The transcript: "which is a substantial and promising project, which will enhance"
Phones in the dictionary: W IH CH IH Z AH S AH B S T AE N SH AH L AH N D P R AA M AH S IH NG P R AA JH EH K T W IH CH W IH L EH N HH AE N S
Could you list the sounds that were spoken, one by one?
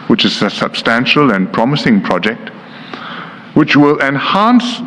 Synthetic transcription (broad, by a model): W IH CH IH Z AH S AH B S T AE N SH AH L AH N P R AA M AH S IH NG P R AA JH EH K T W IH CH W IH L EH N HH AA N S